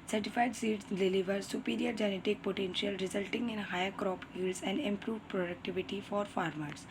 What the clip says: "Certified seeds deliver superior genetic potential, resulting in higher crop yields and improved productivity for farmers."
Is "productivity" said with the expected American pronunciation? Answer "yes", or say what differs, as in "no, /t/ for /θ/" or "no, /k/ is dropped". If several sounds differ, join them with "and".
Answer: yes